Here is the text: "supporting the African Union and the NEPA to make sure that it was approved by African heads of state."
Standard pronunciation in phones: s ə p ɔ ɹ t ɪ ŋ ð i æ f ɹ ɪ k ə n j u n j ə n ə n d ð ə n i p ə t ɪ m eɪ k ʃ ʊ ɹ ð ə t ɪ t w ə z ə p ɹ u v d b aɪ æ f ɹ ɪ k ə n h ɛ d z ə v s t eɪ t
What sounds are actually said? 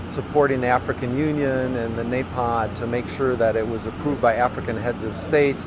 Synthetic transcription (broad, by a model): s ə p ɔ ɹ t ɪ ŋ ð i æ f ɹ ɪ k ə n j u n j ə n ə n ð ə n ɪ p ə t ɪ m eɪ k ʃ ʊ ɹ ð ə t ɪ t w ə z ə p ɹ u v d b aɪ æ f ɹ ɪ k ə n h ɛ d z ə v s t eɪ t